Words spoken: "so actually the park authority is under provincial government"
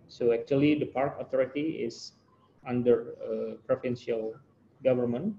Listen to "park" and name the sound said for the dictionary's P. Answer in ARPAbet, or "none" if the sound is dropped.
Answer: P